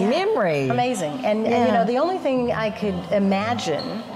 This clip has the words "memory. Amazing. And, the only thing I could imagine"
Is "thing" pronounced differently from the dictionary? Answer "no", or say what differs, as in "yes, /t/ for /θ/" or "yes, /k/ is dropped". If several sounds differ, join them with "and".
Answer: no